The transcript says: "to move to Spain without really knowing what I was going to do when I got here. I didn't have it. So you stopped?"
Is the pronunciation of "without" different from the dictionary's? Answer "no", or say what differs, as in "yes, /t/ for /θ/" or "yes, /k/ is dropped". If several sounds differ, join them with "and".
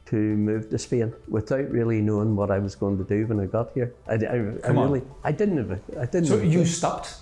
no